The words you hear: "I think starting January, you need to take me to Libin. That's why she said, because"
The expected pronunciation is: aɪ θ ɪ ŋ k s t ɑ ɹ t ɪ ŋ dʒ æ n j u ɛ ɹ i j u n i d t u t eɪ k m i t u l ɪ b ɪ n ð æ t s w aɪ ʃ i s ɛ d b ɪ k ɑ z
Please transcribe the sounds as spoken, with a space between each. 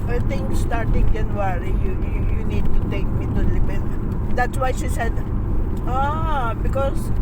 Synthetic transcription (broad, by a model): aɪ t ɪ ŋ s t ɑ ɹ t ɪ ŋ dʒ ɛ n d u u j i j u n i d t u t eɪ k m i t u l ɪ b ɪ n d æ t s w aɪ ʃ i s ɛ d b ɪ k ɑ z